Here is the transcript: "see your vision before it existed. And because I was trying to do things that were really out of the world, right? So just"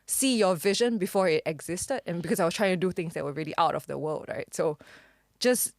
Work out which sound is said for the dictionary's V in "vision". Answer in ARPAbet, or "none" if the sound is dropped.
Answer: V